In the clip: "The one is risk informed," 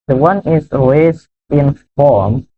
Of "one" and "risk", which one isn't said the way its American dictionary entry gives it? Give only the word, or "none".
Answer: risk